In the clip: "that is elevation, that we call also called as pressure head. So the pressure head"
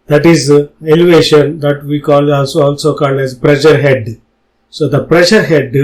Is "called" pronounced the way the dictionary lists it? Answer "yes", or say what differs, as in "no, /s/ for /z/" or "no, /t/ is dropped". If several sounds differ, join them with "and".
no, /n/ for /l/